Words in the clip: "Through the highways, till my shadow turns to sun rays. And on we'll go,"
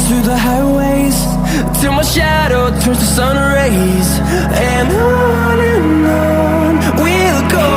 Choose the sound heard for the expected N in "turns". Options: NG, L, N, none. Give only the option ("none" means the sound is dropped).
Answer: none